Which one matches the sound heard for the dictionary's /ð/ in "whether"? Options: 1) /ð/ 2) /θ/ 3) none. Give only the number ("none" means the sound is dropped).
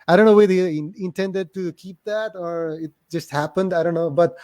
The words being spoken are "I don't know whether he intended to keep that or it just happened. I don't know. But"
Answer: 3